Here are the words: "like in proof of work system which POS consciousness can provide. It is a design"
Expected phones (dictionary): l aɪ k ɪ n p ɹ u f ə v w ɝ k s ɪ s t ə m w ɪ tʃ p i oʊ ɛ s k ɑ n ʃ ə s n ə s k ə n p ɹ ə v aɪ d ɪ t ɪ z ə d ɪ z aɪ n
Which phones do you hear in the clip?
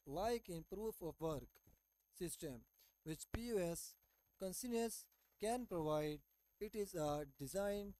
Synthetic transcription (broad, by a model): l aɪ k ɪ n p ɹ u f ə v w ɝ k s ɪ s t ə m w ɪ tʃ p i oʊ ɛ s k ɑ n s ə n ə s k ə n p ɹ ə v aɪ d ɪ t ɪ z ə d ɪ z aɪ n